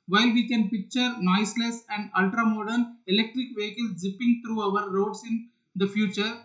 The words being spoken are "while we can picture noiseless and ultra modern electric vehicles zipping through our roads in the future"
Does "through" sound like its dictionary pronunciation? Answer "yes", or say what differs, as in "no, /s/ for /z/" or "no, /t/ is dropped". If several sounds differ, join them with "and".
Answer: no, /t/ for /θ/